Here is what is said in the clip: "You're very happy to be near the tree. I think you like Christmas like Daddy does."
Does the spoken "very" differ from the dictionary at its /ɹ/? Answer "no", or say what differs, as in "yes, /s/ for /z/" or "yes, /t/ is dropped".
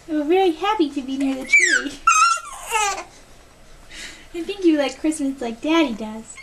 yes, /l/ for /ɹ/